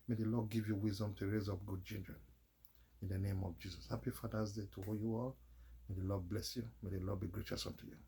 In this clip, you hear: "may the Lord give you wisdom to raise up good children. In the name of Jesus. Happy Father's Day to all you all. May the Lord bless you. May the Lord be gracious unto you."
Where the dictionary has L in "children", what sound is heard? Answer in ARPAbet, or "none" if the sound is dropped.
N